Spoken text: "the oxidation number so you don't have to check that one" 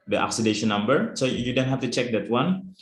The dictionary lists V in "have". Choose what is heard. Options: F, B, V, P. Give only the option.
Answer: F